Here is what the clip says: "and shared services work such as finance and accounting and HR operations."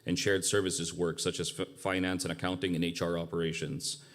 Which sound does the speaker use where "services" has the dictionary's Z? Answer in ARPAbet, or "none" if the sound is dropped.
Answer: Z